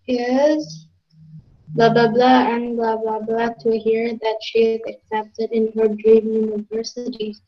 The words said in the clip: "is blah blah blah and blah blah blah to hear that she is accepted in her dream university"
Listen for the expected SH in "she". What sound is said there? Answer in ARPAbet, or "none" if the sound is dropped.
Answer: SH